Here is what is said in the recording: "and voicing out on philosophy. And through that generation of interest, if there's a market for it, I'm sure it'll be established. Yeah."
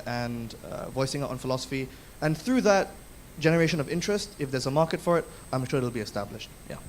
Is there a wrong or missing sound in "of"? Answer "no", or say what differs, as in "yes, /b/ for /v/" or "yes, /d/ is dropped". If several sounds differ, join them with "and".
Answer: no